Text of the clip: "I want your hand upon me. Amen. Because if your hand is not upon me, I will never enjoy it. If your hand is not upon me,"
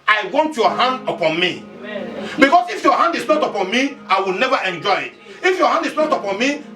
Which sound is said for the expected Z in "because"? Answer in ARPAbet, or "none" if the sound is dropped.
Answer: S